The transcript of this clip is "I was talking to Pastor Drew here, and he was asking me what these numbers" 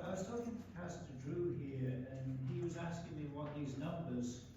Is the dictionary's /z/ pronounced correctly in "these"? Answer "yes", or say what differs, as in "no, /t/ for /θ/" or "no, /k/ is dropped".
yes